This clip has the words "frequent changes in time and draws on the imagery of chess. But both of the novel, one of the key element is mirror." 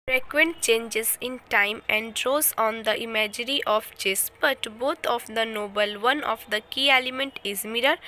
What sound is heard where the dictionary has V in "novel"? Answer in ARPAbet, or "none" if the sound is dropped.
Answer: B